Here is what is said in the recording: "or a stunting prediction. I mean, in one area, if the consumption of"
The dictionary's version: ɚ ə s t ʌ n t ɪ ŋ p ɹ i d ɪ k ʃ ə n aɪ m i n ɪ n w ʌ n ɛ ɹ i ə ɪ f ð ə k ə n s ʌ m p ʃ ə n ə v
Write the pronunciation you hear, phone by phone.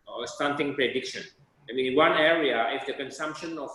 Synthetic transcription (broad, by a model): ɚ ə s t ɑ n t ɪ ŋ p ɹ i d ɪ k ʃ ə n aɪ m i ɪ n w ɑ n ɛ ɹ i ə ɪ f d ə k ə n s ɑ m p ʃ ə n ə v